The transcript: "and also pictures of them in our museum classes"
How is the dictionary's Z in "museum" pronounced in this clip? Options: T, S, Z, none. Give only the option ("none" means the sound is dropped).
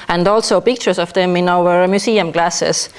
S